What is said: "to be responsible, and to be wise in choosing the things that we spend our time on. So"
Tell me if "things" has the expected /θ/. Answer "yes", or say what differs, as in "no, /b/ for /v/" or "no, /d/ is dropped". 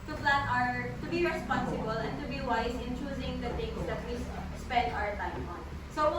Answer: no, /t/ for /θ/